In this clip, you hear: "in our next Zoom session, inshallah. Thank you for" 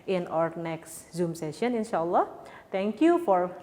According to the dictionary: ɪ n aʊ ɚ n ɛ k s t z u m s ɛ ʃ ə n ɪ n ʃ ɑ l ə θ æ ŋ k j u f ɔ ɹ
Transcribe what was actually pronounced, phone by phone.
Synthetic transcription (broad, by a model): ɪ n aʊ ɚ n ɛ k s t z u m s ɛ ʃ ə n ɪ n ʃ ɑ l ə t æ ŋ k j u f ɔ ɹ